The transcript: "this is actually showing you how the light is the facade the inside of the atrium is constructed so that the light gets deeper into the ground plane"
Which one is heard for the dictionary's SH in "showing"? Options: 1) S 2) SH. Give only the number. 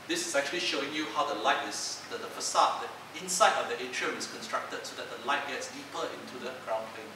2